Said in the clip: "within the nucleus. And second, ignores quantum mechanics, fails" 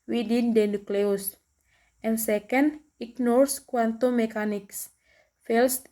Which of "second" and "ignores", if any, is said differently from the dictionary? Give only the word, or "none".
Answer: ignores